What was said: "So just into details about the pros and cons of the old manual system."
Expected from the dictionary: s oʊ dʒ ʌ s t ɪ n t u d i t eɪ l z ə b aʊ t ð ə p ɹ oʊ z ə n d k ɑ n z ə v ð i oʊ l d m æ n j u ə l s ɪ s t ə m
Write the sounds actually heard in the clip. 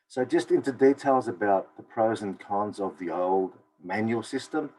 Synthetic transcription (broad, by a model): s oʊ dʒ ʌ s t ɪ n t u d i t eɪ l z ə b aʊ t ð ə p ɹ oʊ z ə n k ɑ n z ə v ð i oʊ l d m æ n j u l s ɪ s t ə m